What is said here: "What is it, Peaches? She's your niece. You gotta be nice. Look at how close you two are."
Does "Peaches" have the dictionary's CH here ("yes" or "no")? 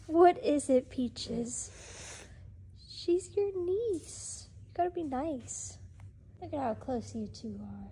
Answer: yes